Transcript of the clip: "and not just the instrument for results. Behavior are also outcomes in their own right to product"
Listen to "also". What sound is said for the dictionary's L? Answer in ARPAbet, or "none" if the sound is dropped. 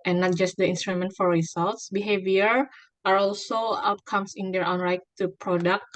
L